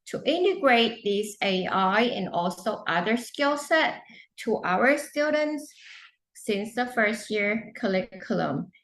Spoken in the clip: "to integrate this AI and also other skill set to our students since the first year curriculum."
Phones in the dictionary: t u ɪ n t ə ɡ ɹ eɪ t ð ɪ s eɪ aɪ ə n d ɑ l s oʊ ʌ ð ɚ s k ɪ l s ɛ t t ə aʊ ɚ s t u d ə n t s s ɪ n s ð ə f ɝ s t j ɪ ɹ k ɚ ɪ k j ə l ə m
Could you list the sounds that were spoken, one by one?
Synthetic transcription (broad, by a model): t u ɪ n t ə ɡ ɹ eɪ t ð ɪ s eɪ aɪ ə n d ɑ l s oʊ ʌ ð ɚ s k ɪ l s ɛ t t ə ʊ ɚ s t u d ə n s s ɪ n s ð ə f ɝ s t j ɪ ɹ k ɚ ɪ k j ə l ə m